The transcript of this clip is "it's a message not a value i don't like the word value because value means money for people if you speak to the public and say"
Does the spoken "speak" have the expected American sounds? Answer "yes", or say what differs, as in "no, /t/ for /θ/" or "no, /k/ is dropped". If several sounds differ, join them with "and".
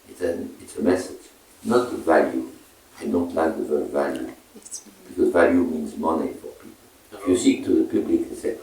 no, /p/ is dropped